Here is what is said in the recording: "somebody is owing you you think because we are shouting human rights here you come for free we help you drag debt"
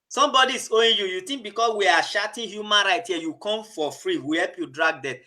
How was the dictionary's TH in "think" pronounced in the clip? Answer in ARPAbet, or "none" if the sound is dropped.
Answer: T